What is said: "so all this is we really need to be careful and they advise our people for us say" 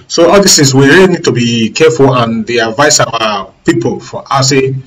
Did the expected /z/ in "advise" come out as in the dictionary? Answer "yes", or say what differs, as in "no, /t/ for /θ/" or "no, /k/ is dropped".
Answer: no, /s/ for /z/